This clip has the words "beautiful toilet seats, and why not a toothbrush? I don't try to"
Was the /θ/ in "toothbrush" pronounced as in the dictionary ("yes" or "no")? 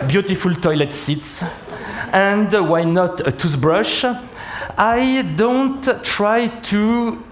no